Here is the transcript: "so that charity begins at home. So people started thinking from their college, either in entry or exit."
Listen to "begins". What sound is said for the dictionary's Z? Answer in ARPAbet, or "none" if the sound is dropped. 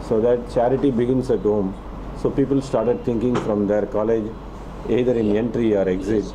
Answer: S